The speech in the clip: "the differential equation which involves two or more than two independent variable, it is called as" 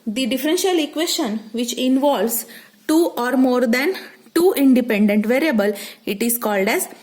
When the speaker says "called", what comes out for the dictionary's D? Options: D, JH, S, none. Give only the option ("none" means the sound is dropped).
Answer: D